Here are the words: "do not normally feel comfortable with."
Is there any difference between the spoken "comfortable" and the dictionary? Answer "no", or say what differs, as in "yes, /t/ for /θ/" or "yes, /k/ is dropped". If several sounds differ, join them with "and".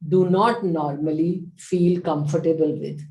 no